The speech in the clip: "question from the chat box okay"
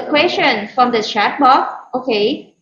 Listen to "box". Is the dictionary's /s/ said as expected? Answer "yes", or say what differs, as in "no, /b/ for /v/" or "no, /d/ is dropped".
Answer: no, /s/ is dropped